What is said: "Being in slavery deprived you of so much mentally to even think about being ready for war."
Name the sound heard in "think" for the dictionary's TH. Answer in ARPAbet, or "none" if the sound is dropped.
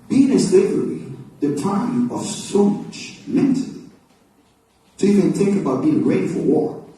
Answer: TH